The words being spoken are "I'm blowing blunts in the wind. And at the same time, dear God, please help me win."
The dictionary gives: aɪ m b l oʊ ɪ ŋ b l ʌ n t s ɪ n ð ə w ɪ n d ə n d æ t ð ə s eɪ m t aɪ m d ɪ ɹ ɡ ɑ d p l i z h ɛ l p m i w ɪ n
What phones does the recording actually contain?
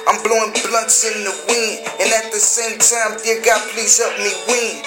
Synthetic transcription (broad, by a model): aɪ m b l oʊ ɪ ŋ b l ʌ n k s ɪ n ð ə w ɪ n ə n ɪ t ð ə s eɪ m t aɪ m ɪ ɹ ɡ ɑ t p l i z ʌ p m i w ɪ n